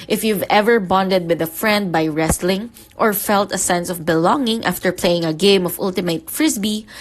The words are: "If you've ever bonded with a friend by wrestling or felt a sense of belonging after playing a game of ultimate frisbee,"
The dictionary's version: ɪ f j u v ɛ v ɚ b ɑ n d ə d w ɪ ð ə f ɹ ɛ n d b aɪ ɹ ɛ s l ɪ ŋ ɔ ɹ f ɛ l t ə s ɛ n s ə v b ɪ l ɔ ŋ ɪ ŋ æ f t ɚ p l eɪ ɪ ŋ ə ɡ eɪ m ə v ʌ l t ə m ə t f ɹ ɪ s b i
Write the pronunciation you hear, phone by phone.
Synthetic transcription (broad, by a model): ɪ f j u v ɛ v ɚ b ɑ n d ə d w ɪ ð ə f ɹ ɛ n d b aɪ ɹ ɛ s l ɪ ŋ ɔ ɹ f ɛ l t ə s ɛ n s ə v b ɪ l ɔ ŋ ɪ ŋ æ f t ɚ p l eɪ ɪ ŋ ə ɡ eɪ m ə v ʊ l t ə m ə t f ɹ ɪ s b i